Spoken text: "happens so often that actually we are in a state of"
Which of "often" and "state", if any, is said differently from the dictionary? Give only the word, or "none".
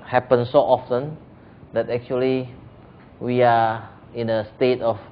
none